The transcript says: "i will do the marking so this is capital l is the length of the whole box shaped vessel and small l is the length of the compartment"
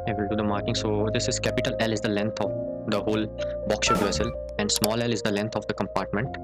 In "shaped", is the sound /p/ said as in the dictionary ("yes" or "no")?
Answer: no